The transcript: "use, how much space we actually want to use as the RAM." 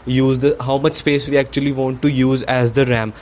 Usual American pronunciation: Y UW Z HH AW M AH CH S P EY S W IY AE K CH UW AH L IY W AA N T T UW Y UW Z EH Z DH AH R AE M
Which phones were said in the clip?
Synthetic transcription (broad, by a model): Y UW Z HH AW M AH CH S P EY S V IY AE K CH UW AH L IY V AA N T T UW Y UW Z EH Z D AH R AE M